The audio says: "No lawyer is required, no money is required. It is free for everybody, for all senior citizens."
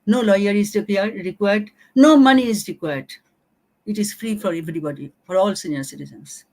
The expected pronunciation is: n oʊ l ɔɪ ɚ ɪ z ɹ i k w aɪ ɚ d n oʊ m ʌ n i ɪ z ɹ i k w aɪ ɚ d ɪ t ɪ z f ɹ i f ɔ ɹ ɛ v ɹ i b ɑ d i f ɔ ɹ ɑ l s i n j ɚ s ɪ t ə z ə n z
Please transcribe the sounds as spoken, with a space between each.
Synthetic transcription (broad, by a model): n oʊ l ɔɪ ɚ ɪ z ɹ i k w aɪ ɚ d n oʊ m ʌ n i ɪ z ɹ i k w aɪ ɚ d ɪ t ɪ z f ɹ i f ɔ ɹ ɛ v ɹ i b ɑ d i f ɔ ɹ ɑ l s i n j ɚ s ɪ t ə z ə n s